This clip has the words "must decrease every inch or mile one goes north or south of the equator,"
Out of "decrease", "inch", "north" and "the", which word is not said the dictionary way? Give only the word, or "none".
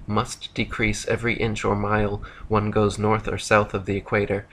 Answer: none